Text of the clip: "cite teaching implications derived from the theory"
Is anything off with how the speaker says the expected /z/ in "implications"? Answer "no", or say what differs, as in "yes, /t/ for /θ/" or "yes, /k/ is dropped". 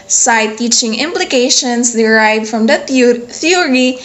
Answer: yes, /s/ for /z/